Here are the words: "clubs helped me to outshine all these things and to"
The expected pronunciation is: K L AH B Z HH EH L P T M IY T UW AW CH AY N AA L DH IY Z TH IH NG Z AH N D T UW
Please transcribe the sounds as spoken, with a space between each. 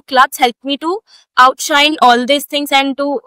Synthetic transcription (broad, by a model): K L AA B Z HH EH L P M IY T UW AW CH AY N AA L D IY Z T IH NG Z AH N D T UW